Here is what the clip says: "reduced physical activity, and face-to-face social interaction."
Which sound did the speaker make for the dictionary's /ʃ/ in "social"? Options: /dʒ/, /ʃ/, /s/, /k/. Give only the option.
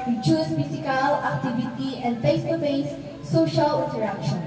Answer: /ʃ/